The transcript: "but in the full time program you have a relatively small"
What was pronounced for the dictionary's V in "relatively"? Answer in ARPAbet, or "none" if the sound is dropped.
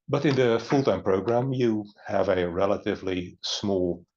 V